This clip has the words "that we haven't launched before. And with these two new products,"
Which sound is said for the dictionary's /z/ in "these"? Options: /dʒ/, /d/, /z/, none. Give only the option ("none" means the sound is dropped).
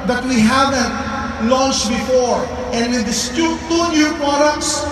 none